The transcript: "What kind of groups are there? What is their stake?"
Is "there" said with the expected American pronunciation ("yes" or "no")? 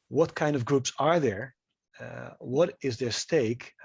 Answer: yes